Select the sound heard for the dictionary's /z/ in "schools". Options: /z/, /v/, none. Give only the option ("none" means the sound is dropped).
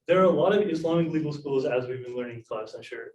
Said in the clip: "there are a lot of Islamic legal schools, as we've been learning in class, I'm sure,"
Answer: /z/